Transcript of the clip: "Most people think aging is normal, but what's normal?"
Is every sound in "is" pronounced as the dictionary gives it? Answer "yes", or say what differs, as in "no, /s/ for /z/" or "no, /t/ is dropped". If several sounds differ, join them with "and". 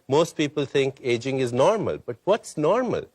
yes